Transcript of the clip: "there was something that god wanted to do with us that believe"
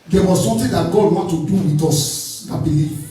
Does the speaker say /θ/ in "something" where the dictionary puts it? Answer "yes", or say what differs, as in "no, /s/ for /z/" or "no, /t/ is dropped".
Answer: no, /t/ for /θ/